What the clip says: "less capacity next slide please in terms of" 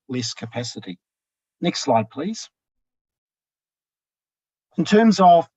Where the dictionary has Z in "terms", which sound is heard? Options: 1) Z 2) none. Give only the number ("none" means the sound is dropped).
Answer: 1